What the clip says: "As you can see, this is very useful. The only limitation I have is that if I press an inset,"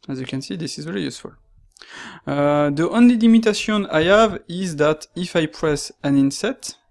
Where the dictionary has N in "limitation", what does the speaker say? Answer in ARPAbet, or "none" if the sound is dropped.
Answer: none